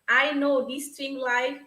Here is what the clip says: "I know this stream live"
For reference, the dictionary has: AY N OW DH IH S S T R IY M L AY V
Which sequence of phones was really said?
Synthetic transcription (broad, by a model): AY N OW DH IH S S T IY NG L AY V